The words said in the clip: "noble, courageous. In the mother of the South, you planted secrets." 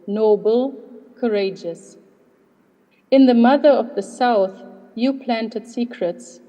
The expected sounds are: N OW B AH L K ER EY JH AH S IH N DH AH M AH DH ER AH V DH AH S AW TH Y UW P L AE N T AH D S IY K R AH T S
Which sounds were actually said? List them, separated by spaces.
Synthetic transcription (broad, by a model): N OW B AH L K ER EY JH AH S IH N DH AH M AH DH ER AH V DH AH S AW TH Y UW P L AE N T AH D S IY K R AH T S